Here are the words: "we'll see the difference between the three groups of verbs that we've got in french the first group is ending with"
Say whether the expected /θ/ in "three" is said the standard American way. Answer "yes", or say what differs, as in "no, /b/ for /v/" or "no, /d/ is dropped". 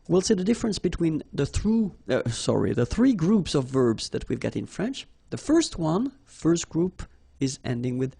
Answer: yes